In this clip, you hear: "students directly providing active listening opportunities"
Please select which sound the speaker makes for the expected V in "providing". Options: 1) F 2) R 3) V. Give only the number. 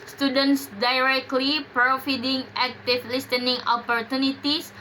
1